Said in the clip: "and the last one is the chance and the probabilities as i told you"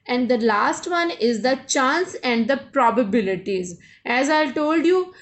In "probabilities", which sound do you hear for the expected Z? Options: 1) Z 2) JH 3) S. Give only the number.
1